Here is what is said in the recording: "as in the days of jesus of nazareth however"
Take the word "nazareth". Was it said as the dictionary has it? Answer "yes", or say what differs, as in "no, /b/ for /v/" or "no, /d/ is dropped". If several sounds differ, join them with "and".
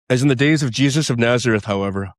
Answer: yes